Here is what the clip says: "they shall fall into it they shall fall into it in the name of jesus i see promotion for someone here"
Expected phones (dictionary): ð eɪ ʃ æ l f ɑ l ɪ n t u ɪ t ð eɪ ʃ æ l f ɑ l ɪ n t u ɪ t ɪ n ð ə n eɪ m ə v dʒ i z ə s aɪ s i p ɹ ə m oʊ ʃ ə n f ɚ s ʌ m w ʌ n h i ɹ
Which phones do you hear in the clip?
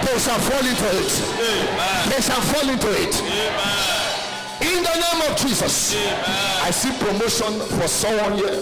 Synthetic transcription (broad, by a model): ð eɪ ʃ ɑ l f ɑ l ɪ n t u ɪ t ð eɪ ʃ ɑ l f ɑ l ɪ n t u ɪ t ɪ n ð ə n eɪ m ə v dʒ i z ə s aɪ s i p ɹ ə m oʊ ʃ ə n f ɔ s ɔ w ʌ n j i